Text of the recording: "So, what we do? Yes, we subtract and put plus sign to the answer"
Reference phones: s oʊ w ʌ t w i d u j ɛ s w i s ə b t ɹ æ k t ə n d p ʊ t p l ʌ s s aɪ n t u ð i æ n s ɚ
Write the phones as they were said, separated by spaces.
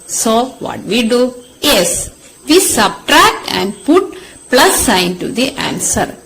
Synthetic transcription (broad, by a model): s oʊ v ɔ t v i d u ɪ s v i s ə b t ɹ æ k t ə n d p ʊ t p l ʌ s s aɪ n t u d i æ n s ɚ